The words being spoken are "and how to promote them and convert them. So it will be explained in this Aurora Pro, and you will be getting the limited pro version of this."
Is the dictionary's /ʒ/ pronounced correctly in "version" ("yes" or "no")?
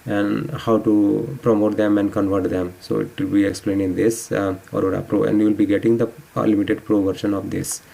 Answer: no